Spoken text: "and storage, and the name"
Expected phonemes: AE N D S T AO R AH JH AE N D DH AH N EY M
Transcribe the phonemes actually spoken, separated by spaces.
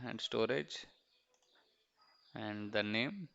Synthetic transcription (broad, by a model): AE N D S T AO R AH JH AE N D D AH N EY M